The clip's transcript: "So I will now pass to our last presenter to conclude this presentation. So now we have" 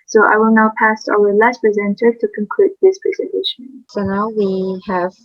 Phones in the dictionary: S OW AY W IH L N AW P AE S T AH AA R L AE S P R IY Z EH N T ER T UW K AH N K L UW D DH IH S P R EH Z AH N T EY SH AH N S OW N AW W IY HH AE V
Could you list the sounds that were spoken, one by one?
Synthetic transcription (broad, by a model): S OW AY W IH L N AW P AE S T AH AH L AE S P R IY Z EH N T ER T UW K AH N K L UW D DH IH S P R EH Z AH N T EY SH AH N S OW N AW W IY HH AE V